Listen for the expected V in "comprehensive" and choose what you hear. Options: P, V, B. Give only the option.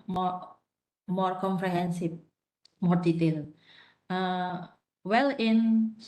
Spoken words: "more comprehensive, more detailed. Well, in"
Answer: P